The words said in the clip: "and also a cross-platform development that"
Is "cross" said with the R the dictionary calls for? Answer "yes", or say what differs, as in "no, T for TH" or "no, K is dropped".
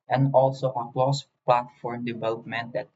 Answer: no, L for R